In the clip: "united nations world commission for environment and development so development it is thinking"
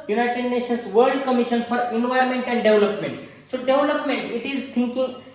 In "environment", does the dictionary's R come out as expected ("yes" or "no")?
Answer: no